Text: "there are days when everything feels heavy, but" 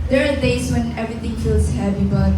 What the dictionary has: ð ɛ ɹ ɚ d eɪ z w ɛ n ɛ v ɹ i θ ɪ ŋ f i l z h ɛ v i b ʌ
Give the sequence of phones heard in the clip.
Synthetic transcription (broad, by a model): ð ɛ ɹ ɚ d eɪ s w ɛ n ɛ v ɹ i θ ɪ ŋ f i l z h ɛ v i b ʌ